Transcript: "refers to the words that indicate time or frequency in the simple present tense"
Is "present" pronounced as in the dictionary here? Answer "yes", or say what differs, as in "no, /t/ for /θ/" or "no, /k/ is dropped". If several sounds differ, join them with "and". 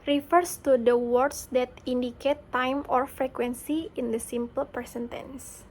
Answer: no, /ɹ/ is dropped and /s/ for /z/